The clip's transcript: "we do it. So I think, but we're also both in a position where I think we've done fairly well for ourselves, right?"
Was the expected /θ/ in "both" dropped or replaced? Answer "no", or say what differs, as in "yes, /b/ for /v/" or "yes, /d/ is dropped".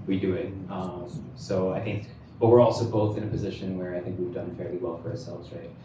no